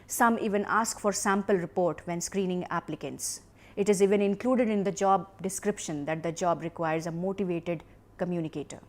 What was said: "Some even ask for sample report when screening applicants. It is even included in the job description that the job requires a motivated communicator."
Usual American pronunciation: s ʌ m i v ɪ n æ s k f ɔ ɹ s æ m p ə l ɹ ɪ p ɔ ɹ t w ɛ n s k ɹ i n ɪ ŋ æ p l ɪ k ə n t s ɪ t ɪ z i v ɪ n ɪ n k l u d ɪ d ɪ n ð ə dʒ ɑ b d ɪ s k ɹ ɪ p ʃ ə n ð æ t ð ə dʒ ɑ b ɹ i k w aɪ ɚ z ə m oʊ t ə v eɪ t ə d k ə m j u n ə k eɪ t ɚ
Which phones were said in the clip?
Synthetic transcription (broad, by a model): s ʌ m i v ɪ n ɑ s k f ɔ ɹ s æ m p ə l ɹ ɪ p ɔ ɹ t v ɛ n s k ɹ i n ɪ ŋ æ p l ɪ k ə n t s ɪ t ɪ z i v ɪ n ɪ n k l u d ɪ d ɪ n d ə dʒ ɑ b d ɪ s k ɹ ɪ p ʃ ə n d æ t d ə dʒ ɑ b ɹ i k w aɪ ɚ z ə m oʊ t ə v eɪ t ə d k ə m j u n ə k eɪ t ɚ